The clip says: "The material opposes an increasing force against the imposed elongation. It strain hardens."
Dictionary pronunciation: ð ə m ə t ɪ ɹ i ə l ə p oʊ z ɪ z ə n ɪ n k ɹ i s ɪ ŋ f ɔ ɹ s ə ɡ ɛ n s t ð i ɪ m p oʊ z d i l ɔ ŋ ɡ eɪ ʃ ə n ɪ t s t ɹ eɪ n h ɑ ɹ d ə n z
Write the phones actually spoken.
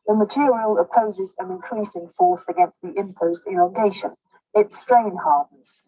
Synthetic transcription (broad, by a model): ð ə m ə t ɪ ɹ i ə l ə p oʊ z ɪ z ə n ɪ n k ɹ i s ɪ ŋ f ɔ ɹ s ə ɡ ɛ n s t ð i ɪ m p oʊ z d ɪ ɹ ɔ ɡ eɪ ʃ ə n ɪ t s t ɹ eɪ n h ɑ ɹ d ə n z